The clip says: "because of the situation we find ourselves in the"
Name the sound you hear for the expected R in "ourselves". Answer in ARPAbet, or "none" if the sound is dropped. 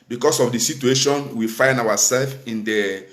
W